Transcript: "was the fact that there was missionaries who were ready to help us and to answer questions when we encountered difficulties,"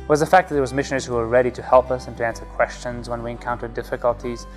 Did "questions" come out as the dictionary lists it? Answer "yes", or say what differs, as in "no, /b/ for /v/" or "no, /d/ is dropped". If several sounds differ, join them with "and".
yes